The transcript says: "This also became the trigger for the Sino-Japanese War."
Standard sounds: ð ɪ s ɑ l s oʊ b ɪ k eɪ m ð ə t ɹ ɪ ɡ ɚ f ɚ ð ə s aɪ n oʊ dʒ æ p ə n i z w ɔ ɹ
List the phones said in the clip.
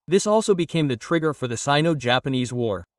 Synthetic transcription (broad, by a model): ð ɪ s ɑ l s oʊ b ɪ k eɪ m ð ə t ɹ ɪ ɡ ɚ f ɚ ð ə s aɪ n oʊ dʒ æ p ə n i z w ɔ ɹ